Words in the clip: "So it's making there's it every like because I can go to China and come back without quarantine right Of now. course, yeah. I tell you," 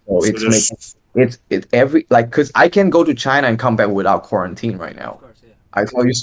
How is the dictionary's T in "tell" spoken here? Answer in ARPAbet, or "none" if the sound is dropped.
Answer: S